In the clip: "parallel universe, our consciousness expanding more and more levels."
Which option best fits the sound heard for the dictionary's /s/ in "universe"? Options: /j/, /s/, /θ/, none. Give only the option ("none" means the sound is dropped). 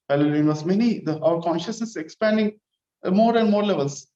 none